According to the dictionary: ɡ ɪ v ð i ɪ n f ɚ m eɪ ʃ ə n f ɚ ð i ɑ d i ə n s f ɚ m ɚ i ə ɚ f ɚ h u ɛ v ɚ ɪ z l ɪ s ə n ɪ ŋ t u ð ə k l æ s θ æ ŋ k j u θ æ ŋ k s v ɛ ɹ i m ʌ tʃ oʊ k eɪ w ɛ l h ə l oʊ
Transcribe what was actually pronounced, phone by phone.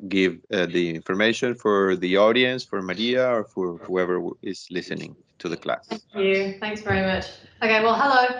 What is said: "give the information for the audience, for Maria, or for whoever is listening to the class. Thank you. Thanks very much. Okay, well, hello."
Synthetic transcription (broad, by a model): ɡ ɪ v ð i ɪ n f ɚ m eɪ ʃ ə n f ɚ ð i ɑ d i ə n s f ɚ m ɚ i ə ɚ f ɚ h u ɛ v ɚ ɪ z l ɪ s ə n ɪ ŋ t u ð ə k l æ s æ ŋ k j u θ æ ŋ k s v ɛ ɹ i m ʌ tʃ oʊ k eɪ w ɛ l h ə l oʊ